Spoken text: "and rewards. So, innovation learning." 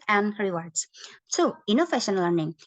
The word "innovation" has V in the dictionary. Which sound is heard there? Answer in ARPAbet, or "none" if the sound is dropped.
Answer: F